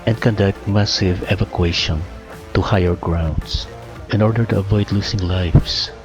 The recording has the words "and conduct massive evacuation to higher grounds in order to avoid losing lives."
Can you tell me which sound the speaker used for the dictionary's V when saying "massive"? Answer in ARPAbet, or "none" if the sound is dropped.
V